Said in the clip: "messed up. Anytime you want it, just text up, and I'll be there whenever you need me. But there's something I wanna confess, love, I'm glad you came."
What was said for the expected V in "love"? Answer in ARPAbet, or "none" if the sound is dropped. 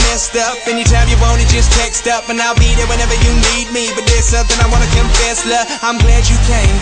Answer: none